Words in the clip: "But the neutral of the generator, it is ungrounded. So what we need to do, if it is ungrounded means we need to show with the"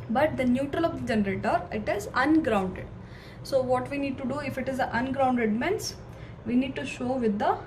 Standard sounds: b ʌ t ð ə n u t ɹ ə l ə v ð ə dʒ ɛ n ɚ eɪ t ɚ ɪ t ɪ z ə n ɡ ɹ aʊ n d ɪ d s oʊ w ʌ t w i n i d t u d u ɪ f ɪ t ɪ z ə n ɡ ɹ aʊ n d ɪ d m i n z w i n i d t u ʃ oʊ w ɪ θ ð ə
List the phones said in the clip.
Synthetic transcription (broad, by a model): b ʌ t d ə n u t ɹ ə l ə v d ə dʒ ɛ n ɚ eɪ t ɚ ɪ t ɪ z ə n ɡ ɹ aʊ n d ɪ d s oʊ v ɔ t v i n i d t u d u ɪ f ɪ t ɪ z ə n ɡ ɹ aʊ n d ɪ d m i n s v i n i d t u ʃ oʊ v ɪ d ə